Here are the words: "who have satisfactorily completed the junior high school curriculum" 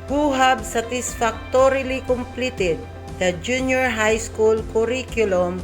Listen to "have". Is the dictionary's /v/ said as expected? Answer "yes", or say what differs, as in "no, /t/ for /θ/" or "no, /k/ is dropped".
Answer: no, /b/ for /v/